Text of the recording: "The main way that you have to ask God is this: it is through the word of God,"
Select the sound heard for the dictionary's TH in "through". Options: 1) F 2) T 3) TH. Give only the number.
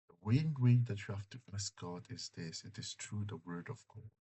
2